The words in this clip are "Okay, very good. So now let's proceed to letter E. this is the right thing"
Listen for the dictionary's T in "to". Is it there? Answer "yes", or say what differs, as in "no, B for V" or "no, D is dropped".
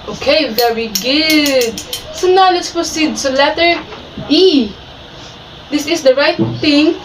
no, S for T